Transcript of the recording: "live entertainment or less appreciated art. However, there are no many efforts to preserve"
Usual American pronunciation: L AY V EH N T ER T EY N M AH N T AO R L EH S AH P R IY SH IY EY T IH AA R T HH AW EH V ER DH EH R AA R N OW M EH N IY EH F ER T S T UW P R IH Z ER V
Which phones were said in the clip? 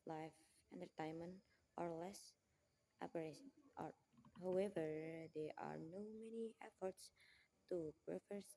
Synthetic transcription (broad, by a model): L AY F EH N T ER T EY N M AH N T AO R L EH S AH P AH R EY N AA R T HH AW EH V ER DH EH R AA R N OW M EH N IY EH F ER T S T UW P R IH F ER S